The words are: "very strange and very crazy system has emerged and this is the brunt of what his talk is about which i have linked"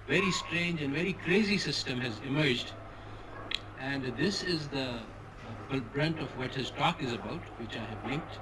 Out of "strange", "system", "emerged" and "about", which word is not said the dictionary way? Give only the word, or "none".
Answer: none